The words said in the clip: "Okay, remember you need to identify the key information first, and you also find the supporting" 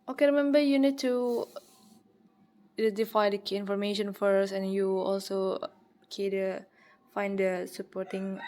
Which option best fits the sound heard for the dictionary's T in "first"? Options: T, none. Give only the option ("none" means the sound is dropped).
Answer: none